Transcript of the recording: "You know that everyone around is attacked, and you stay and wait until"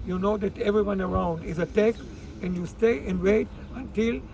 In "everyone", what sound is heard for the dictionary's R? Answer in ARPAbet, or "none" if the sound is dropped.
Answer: R